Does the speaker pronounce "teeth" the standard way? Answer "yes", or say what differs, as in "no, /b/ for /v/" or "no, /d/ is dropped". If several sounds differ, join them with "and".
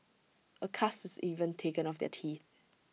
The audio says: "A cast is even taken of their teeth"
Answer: yes